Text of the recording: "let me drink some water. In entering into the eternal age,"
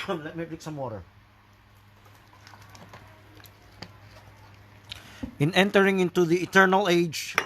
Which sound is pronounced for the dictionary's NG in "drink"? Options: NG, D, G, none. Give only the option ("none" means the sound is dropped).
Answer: none